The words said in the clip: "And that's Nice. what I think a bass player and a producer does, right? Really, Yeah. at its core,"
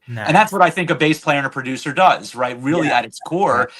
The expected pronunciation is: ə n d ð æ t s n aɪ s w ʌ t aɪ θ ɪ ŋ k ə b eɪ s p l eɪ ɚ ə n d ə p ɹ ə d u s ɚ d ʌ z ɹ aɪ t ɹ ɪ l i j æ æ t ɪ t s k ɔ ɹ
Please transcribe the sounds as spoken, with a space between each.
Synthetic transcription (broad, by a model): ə n ð æ t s s w ʌ t aɪ θ ɪ ŋ k ə b eɪ s p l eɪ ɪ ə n ə p ɹ ə d u s ɚ d ʌ z ɹ aɪ t ɹ ɪ l i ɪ t ɪ t s k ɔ ɹ